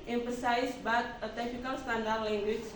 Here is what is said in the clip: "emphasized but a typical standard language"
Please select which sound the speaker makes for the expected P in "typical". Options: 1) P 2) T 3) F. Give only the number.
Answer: 3